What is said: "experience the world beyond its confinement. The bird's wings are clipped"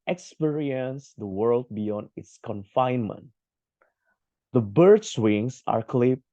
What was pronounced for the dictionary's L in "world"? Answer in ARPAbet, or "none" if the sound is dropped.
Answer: L